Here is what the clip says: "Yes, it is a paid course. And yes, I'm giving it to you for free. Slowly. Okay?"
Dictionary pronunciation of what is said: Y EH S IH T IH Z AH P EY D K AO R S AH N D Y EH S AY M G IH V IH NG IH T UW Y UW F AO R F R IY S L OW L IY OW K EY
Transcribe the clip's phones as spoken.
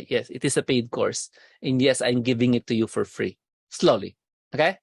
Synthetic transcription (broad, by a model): Y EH S IH T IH S AH P EY D K AO R S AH N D Y EH S AY M G IH V IH NG IH T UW Y UW F AO R F R IY S L OW L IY OW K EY